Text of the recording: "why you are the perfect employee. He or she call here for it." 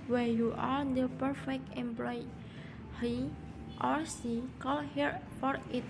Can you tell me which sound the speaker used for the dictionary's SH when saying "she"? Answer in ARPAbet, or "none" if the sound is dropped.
S